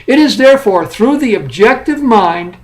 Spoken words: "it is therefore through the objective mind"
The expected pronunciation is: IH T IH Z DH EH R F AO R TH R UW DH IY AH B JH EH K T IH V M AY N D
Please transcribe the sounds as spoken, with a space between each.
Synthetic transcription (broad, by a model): IH T IH Z DH EH R F AO R TH R UW DH IY AH B JH EH K T IH V M AY N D